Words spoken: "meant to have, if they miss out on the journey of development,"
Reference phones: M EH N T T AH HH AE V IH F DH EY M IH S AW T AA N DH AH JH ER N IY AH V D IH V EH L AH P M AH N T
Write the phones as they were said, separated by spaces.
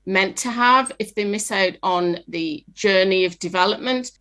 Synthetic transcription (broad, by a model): M EH N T T AH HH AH V IH F DH EY M IH S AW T N DH AH JH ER N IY AH V D IH V EH L AH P M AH N T